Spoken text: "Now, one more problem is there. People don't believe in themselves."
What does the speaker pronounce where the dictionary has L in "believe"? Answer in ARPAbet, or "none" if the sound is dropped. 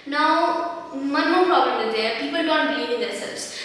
N